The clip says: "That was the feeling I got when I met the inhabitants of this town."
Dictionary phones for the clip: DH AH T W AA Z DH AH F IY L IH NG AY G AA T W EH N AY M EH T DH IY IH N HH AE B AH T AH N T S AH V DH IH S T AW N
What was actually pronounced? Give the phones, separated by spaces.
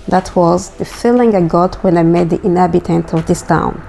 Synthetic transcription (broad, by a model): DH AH T W AA Z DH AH F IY L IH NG AY G AA T W EH N AY M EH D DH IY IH N HH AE B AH T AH N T AH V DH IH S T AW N